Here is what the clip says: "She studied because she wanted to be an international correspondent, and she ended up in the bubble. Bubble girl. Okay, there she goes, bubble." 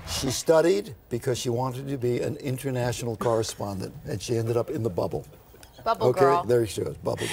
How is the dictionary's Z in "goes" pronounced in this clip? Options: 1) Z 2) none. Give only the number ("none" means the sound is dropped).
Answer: 2